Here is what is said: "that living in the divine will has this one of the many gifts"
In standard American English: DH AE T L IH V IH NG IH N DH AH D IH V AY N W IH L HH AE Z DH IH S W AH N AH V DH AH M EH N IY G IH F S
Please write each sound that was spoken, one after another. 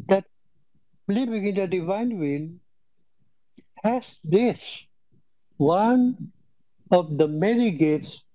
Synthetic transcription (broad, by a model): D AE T L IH B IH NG IH N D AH D IH V AY N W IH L HH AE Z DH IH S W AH N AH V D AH M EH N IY G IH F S